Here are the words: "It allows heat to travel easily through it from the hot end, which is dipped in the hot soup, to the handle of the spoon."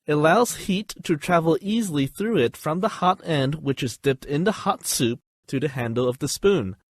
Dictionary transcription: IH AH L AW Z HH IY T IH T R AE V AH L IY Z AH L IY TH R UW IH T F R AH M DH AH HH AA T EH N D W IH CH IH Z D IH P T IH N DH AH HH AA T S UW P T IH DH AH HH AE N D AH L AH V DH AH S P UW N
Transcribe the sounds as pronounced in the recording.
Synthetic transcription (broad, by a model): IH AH L AW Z HH IY T IH T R AE V L IY Z L IY TH R UW IH T F R AH M DH AH HH AA T EH N D W IH CH IH Z D IH P T IH N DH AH HH AA T S UW P T IH DH AH HH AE N D L AH V DH AH S P UW N